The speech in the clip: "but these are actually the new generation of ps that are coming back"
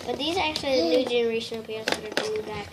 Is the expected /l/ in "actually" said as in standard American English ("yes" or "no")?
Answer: yes